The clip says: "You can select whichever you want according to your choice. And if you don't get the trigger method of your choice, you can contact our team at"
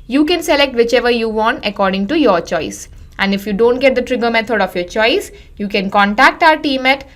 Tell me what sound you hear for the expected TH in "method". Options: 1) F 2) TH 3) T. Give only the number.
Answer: 3